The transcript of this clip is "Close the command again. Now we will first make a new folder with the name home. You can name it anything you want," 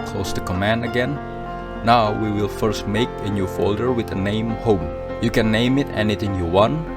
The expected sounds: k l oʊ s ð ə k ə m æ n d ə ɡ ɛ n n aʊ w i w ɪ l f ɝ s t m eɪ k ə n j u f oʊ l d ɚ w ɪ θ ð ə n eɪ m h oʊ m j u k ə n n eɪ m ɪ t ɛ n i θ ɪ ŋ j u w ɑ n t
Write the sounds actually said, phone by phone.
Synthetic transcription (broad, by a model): k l oʊ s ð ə k ə m æ n d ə ɡ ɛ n n aʊ w i w ɪ l f ɝ s t m eɪ k ə n j u f oʊ l d ɚ w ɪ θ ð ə n eɪ m h oʊ m j u k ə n n eɪ m ɪ t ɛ n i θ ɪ ŋ j u w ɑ n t